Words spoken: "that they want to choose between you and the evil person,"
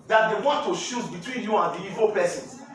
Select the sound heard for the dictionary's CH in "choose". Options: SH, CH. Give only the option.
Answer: SH